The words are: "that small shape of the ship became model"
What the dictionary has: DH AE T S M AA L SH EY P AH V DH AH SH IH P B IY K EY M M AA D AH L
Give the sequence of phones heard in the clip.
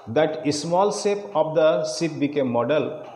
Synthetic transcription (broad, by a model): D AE T S M AA L S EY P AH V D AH S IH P B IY K EY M M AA D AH L